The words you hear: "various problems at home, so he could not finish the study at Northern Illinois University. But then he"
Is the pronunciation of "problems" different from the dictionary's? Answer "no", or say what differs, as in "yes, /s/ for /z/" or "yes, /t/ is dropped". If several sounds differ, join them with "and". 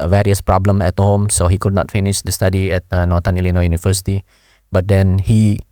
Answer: yes, /z/ is dropped